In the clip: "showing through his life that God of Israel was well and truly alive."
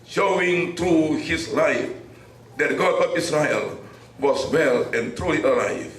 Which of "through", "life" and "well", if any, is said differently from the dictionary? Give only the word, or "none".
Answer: through